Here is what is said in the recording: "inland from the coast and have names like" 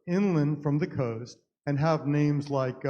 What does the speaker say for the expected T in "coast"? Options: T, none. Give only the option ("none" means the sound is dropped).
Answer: T